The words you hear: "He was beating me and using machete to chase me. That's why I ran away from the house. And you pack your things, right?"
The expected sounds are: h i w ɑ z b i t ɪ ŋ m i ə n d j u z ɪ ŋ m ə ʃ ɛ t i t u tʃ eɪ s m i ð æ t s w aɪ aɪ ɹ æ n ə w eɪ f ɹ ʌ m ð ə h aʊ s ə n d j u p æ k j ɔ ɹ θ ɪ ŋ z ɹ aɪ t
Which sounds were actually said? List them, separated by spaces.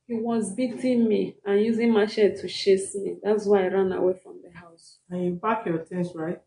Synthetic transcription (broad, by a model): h i w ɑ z b i t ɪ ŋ m i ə n j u z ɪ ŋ m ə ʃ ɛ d t u ʃ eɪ s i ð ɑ t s w aɪ aɪ ɹ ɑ n ə w eɪ f ɹ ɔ m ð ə h aʊ s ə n j u b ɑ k j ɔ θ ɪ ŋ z ɹ aɪ t